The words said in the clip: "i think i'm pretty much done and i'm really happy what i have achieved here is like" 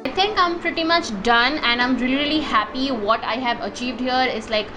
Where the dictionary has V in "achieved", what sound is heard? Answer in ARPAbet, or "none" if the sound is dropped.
V